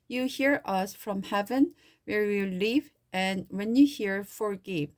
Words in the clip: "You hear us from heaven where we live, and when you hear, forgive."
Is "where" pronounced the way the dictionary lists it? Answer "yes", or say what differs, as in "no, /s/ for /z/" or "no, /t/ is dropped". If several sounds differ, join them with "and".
yes